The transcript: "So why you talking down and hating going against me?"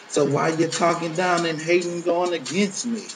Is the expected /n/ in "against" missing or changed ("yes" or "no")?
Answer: no